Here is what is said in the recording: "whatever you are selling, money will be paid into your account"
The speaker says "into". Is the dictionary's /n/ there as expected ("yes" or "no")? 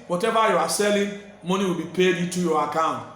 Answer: no